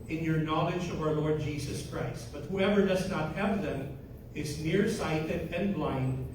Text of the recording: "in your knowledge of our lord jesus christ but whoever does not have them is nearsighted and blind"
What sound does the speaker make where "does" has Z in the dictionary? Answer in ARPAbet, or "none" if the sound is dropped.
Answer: Z